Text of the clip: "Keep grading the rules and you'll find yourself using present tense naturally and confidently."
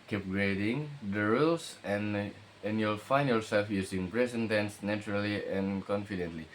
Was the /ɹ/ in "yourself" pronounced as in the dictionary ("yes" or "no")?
no